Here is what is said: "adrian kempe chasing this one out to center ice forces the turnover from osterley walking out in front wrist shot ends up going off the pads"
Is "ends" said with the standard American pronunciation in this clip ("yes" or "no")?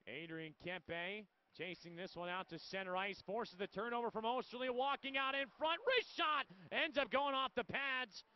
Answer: yes